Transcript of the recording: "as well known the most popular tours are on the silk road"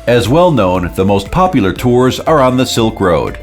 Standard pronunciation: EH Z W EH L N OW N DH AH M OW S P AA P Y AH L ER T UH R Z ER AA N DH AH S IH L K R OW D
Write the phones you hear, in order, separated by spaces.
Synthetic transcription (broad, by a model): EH Z W EH L N OW N DH AH M OW S P AA P Y L ER T UH R Z ER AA N DH AH S IH L K R OW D